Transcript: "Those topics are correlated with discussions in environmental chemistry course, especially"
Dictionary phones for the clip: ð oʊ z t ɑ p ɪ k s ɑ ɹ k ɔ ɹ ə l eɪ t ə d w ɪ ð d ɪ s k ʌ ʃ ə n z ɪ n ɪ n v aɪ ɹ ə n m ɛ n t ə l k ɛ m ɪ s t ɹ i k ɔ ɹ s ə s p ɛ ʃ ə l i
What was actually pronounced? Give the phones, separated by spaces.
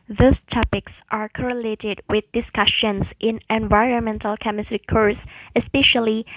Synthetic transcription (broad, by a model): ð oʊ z t ɑ p ɪ k s ɑ ɹ k ɔ ɹ ə l eɪ t ə d w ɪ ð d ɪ s k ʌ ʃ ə n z ɪ n ɪ n v aɪ ɹ ə n m ɛ n t ə l k ɛ m ɪ s t ɹ i k ɔ ɹ s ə s p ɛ ʃ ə l i